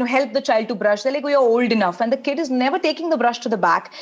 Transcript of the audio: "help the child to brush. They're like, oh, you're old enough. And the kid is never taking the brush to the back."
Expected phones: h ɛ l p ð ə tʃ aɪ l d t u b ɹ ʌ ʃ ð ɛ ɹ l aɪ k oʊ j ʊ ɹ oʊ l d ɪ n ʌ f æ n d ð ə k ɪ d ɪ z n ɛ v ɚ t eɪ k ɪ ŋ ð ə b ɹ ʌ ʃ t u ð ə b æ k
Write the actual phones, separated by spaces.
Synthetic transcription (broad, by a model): h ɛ l p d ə tʃ aɪ l d t u b ɹ ʌ ʃ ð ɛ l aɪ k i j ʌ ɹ oʊ l d ɪ n ʌ f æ n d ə k ɪ d ɪ z n ɛ v ɚ t eɪ k ɪ ŋ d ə b ɹ ʌ ʃ t u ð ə b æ k